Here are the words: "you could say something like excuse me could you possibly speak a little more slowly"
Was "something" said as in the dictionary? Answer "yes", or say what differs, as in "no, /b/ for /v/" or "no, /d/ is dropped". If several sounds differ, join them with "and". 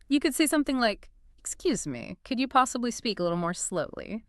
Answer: yes